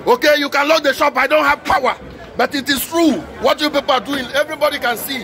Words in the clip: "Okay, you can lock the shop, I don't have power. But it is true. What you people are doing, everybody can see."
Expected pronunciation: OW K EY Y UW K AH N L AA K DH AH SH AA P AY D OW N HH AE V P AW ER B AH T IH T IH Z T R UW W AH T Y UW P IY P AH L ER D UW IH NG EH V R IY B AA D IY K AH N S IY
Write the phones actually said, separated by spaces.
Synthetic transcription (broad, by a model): OW K EY Y UW K AH N L AA K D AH SH AA P AY D OW N HH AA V P AW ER B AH T IH T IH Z T R UW W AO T Y UW P IY P AH L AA D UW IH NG EH V R IY B AA D IY K AH N S IY